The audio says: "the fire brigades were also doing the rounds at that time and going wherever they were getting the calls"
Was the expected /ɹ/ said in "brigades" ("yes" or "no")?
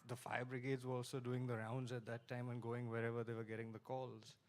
yes